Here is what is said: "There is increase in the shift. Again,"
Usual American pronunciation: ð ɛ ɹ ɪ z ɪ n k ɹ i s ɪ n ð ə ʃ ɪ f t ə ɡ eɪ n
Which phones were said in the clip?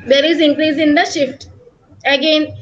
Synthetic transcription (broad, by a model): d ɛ ɹ ɪ z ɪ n k ɹ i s ɪ n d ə ʃ ɪ f t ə ɡ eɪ n